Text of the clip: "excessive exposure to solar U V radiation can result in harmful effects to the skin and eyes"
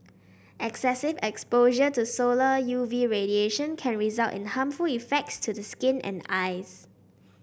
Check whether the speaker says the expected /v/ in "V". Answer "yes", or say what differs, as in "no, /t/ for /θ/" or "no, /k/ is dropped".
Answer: yes